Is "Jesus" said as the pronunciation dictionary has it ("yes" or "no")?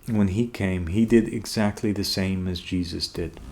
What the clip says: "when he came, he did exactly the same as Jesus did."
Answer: yes